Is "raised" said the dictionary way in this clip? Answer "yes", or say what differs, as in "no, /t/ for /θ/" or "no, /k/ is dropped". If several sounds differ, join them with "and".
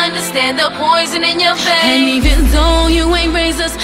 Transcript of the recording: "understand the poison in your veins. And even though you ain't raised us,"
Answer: no, /d/ is dropped